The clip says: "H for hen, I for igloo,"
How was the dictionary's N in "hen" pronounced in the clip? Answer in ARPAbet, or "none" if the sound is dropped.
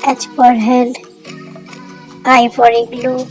L